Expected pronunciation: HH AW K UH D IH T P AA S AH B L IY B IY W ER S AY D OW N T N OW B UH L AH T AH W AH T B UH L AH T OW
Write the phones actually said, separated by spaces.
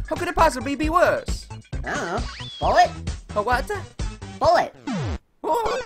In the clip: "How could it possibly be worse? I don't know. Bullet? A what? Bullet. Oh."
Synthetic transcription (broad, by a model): HH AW K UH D IH T P AA S AH B L IY B IY W ER S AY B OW L T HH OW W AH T AH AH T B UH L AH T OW